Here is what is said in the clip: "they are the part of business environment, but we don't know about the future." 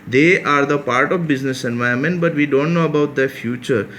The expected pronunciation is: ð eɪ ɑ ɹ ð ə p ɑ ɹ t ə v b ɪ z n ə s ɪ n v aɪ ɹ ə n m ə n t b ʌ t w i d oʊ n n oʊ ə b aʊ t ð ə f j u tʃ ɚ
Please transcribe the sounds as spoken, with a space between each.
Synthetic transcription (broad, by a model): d eɪ ɑ ɹ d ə p ɑ ɹ t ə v b ɪ z n ə s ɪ n v aɪ ə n m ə n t b ʌ t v i d oʊ n n oʊ ə b aʊ t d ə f j u tʃ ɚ